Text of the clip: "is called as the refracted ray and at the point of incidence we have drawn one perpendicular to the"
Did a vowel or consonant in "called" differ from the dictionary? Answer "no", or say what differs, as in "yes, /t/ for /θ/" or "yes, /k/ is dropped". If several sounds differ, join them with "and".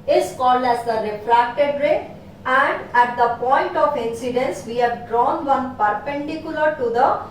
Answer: yes, /d/ is dropped